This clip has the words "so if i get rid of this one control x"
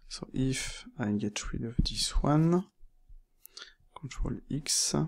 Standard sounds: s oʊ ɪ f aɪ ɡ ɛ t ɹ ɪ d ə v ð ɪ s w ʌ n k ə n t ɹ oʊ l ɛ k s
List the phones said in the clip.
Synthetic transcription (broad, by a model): s oʊ ɪ f aɪ ɡ ɛ t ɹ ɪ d ə v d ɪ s w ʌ n k ə n t ɹ oʊ l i k s